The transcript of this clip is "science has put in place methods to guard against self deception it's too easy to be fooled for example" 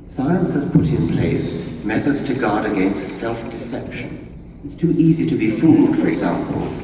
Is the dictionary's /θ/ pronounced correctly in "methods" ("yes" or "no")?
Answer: yes